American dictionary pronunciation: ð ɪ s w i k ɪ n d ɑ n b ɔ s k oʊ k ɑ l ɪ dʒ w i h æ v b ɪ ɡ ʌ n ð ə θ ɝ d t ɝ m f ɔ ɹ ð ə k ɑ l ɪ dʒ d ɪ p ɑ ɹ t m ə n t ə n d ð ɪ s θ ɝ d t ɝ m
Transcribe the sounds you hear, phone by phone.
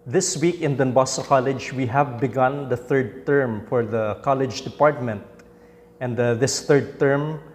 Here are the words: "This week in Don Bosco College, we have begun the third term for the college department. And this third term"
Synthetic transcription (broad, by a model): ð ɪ s w i k ɪ n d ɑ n b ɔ s oʊ k ɑ l ɪ dʒ w i h æ v b ɪ ɡ ʌ n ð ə θ ɝ d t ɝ m f ɔ ɹ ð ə k ɑ l ɪ dʒ d ɪ p ɑ ɹ t m ə n t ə n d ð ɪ s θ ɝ d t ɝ m